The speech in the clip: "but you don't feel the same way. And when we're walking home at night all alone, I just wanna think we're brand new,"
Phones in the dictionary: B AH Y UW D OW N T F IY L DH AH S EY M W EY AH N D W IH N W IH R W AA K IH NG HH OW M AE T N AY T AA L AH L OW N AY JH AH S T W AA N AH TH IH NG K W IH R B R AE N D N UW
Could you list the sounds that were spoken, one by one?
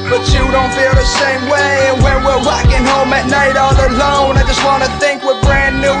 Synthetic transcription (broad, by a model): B AH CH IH D OW N T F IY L DH AH S EY M W EY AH N W IH N W IH R W AA K IH NG HH OW M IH T N AY T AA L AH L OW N AY JH AH S T W AA N AH TH IH NG K W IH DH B R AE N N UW